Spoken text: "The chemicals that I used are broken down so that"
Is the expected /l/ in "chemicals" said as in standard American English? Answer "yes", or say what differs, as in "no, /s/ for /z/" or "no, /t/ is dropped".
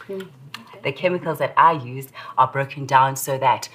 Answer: yes